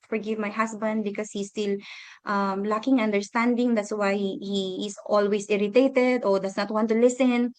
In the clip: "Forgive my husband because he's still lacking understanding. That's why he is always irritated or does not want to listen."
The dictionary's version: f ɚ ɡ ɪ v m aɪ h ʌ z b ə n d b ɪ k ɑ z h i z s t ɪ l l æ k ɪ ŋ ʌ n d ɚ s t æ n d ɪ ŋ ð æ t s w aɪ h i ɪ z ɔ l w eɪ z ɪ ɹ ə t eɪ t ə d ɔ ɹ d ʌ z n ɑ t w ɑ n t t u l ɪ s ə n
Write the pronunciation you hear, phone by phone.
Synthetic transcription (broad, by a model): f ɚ ɡ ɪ v m aɪ h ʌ s b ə n d b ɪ k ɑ s h i s t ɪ l l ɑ k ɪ ŋ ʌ n d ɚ s t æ n d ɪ ŋ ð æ t s w aɪ h i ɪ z ɔ l w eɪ s ɪ ɹ ə t eɪ t ə d ɔ ɹ d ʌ s n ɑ t w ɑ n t t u l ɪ s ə n